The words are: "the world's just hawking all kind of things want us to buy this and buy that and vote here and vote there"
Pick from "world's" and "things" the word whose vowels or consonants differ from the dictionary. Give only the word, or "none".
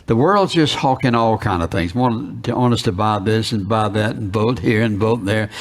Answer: none